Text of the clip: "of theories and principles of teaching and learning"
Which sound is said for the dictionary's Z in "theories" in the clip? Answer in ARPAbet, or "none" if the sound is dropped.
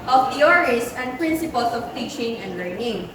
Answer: S